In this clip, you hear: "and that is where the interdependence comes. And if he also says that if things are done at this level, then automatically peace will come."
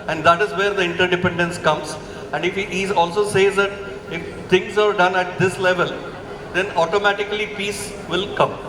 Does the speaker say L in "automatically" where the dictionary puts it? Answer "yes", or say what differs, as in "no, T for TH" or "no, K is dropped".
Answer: yes